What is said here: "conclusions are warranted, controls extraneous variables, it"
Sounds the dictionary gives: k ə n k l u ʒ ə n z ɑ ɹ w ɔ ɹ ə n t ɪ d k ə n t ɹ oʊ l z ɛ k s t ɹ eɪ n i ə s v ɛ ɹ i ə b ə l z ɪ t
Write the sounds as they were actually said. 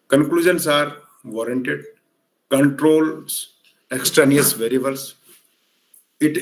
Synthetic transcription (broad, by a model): k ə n k l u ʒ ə n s ɑ ɹ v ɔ ɹ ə n t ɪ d k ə n t ɹ oʊ l s ɛ k s t ɹ eɪ n i ə s v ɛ ɹ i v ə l s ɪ t